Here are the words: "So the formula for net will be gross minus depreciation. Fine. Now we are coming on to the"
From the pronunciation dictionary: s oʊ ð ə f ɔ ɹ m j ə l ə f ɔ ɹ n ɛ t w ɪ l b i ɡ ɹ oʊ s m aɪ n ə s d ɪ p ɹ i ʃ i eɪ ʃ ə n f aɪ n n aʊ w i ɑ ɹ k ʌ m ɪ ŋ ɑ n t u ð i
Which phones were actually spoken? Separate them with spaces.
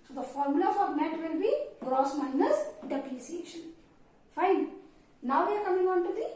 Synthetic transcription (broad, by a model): s oʊ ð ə f ɔ ɹ m j ə l ə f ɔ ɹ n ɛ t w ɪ l b i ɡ ɹ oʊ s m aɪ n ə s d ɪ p l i s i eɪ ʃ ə n f aɪ n n aʊ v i ɑ ɹ k ʌ m ɪ ŋ ɑ n t u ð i